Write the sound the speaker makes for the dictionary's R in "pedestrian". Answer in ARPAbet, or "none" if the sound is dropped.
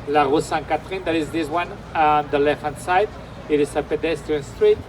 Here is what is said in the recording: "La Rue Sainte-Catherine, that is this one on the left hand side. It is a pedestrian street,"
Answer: none